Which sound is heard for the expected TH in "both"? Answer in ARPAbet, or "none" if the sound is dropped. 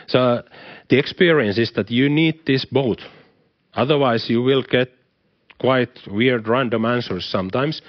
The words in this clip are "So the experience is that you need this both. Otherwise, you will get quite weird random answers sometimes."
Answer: T